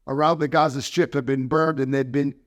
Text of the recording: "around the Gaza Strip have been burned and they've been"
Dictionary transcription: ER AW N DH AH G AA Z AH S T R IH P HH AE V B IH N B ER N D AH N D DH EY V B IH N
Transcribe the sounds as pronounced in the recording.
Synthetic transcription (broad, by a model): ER AW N DH AH G AA Z AH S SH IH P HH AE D B IH N B ER D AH N DH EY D B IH N